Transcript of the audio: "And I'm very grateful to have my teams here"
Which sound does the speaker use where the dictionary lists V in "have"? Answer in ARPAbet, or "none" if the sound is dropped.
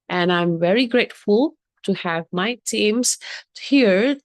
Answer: V